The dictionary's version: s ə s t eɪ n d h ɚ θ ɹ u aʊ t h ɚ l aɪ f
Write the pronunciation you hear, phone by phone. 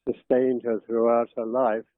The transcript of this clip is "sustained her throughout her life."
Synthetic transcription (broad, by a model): s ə s t eɪ n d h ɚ θ ɹ u aʊ t h ɚ l aɪ f